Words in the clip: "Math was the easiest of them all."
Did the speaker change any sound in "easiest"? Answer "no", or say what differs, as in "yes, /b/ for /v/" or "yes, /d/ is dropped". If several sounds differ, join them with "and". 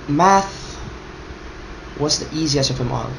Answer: no